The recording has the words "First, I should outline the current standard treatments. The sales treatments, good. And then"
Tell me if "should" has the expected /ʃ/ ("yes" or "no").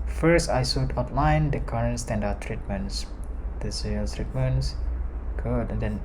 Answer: no